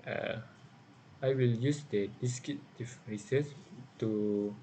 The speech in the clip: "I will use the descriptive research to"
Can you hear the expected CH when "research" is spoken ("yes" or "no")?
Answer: no